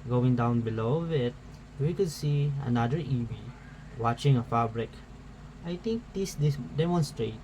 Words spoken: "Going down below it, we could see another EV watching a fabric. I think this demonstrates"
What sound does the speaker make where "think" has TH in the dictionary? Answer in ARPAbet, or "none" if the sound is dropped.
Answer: T